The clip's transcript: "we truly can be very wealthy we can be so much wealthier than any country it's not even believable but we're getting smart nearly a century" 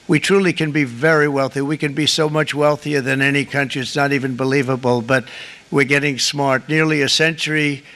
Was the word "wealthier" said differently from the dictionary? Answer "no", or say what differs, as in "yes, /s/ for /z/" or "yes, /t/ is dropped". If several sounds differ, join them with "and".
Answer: no